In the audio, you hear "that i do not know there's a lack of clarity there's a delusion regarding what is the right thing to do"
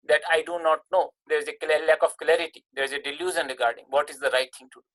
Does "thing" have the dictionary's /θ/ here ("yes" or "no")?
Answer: no